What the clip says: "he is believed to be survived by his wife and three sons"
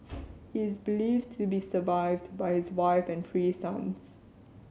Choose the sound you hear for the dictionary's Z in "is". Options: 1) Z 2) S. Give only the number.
1